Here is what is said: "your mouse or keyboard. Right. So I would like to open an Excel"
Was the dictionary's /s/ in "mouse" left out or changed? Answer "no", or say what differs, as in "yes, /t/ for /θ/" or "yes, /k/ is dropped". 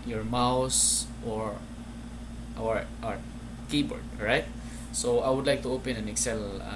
no